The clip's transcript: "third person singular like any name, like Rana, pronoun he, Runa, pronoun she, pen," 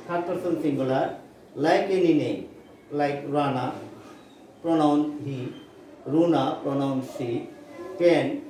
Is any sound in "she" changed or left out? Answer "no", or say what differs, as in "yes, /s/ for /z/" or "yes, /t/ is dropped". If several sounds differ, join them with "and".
yes, /s/ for /ʃ/